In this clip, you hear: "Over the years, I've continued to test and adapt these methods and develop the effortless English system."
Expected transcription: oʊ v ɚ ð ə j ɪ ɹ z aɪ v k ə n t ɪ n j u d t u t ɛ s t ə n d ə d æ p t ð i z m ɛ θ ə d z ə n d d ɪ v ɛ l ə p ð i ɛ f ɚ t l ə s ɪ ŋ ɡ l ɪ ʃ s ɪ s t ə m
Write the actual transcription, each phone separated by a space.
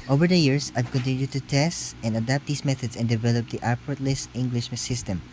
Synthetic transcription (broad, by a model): oʊ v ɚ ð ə j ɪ ɹ s aɪ v k ə n t ɪ n j u d t u t ɛ s t ə n d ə d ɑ p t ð i s m ɛ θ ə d s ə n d d ɪ v ɛ l ə p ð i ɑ p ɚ t l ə s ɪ ŋ ɡ l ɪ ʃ s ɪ s t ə m